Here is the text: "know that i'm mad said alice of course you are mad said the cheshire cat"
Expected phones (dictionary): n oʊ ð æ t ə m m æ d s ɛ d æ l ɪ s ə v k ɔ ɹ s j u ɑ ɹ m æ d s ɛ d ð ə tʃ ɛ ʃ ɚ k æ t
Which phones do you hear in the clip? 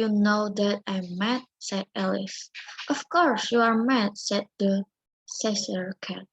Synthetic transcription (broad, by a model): n oʊ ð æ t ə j m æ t s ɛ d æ l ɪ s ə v k ɔ ɹ s j u ɑ ɹ m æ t s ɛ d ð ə s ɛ s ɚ k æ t